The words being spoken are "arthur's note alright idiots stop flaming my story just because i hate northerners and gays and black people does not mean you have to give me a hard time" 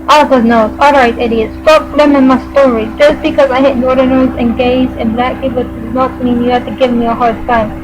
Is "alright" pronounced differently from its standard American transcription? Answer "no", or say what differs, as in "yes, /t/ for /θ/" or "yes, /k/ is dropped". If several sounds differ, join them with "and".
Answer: no